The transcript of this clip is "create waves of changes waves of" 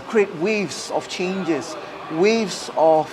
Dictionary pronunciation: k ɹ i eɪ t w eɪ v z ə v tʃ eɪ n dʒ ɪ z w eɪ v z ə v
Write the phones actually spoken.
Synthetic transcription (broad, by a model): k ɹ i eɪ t w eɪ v s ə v tʃ eɪ n dʒ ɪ s w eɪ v s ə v